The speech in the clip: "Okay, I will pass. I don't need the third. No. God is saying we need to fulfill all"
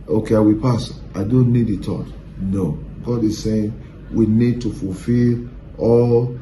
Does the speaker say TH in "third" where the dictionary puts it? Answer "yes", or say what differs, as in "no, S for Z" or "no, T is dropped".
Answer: no, T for TH